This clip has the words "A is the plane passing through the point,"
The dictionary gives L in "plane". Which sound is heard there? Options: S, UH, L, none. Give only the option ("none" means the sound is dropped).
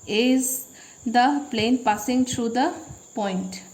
L